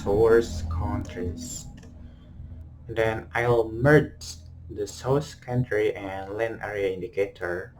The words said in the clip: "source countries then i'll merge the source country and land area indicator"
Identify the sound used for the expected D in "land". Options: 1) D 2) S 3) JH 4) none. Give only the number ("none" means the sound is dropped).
4